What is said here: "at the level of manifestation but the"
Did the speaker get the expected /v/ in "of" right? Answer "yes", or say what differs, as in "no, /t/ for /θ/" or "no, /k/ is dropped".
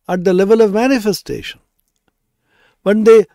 yes